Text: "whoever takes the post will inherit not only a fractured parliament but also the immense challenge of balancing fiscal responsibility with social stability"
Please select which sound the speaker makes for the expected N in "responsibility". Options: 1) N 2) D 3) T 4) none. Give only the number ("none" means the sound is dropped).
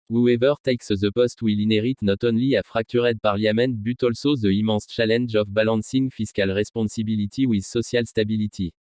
4